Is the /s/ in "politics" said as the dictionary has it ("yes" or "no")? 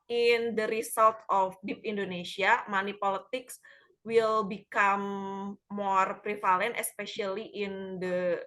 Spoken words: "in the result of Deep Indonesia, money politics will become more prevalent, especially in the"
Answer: yes